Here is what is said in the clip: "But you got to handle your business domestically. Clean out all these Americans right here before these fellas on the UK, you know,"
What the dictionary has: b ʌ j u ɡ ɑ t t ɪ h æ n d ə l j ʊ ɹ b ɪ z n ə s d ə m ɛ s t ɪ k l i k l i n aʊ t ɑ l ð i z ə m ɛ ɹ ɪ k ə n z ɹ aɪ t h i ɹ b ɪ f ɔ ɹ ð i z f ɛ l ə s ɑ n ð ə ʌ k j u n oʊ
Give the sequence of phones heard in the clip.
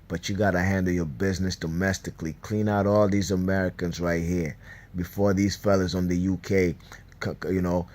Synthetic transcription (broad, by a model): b ʌ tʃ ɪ ɡ ɑ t t ɪ h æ n d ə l j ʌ ɹ b ɪ z n ə s d ə m ɛ s t ɪ k l i k l i n aʊ t ɑ l ð i z ə m ɛ ɹ ɪ k ə n z ɹ aɪ t h i ɹ b ɪ f ɔ ɹ ð i z f ɛ l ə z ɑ n ð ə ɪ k j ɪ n oʊ